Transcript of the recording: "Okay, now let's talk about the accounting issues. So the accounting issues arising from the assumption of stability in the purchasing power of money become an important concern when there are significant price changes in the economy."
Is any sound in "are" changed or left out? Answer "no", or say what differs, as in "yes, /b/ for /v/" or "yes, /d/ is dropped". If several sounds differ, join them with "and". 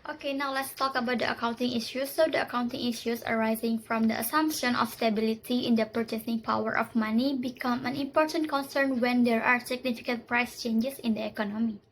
no